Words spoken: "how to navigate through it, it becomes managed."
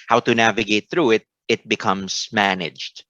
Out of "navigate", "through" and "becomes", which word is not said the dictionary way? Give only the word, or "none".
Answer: none